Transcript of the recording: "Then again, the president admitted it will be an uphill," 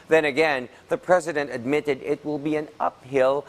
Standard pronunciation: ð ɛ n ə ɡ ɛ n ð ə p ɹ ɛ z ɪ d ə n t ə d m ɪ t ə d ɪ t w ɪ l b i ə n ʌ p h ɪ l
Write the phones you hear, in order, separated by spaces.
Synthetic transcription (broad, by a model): ð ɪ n ə ɡ ɛ n ð ə p ɹ ɛ z ɪ d ə n t ə d m ɪ t ə d ɪ t w ɪ l b i ə n ʌ p h ɪ l